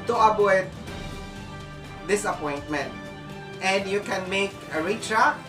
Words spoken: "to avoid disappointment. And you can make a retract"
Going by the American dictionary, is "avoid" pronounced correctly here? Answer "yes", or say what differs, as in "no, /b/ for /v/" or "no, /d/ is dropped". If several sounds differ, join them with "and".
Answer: no, /b/ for /v/